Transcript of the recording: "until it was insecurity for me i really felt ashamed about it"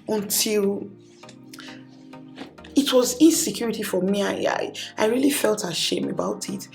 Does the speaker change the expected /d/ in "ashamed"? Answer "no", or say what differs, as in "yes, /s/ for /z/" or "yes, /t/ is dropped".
yes, /d/ is dropped